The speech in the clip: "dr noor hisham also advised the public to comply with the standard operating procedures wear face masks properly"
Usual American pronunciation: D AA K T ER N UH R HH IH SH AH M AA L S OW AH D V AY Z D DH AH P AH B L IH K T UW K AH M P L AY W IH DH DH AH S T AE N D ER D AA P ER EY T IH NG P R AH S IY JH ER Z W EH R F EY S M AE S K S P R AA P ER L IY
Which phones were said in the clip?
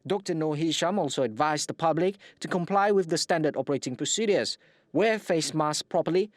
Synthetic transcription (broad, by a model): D AA K T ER N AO HH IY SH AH M AA L S OW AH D V AY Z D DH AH P AH B L IH K T UW K AH M P L AY W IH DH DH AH S T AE N D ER D AA P ER EY T IH NG P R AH S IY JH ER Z W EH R F EY S M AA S S P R AA P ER L IY